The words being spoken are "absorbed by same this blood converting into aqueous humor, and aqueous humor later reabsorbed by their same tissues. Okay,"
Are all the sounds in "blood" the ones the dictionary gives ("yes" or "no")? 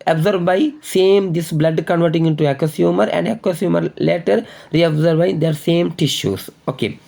yes